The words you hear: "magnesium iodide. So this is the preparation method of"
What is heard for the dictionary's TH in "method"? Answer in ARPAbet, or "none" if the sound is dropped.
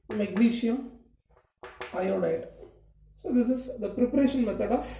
T